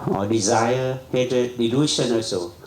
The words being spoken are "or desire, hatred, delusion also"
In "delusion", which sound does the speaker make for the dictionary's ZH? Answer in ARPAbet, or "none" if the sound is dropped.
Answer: SH